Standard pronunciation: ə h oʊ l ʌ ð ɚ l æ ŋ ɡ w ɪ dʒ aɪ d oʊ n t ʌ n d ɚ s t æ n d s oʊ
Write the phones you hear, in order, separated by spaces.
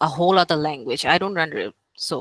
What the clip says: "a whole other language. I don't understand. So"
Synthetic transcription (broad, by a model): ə h oʊ l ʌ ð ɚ l æ ŋ ɡ w ɪ dʒ aɪ d oʊ n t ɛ n d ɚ t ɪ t s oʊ